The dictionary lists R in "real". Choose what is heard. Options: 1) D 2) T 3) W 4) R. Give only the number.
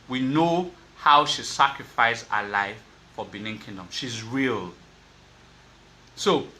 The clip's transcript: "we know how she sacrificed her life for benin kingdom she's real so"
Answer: 4